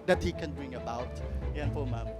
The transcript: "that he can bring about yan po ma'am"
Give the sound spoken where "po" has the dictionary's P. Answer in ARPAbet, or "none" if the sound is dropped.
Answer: F